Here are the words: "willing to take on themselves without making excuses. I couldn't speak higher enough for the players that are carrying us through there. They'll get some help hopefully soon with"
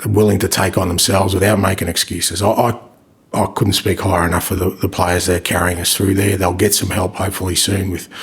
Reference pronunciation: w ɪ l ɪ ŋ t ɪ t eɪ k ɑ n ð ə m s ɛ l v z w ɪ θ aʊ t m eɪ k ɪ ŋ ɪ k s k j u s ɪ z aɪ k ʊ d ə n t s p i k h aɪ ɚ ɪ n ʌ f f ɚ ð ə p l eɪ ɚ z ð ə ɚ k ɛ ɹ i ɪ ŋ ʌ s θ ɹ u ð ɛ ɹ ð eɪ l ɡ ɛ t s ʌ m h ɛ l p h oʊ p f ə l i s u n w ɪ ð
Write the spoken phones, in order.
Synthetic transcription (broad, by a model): w ɪ l ɪ ŋ t ɪ t eɪ k n ð ə m s ɛ l v z w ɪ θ aʊ t m eɪ k ɪ ŋ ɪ k s k j u s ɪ z aɪ k ʊ d n t s p i k h aɪ ɚ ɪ n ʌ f f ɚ ð ə p l eɪ ɚ z ð ə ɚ k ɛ ɹ i ɪ ŋ ʌ s θ ɹ u ð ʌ ɹ ð eɪ l ɡ ɛ t s ʌ m h ɛ l p h oʊ p f l i s u n w ɪ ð